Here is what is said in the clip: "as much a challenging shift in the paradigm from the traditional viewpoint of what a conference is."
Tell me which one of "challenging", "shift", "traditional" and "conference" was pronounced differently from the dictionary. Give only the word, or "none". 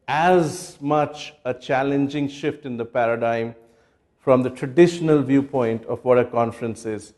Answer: none